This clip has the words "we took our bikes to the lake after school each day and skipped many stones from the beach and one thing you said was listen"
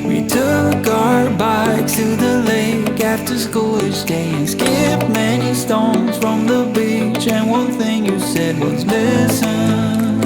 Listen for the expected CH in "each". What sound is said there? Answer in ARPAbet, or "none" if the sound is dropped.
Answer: SH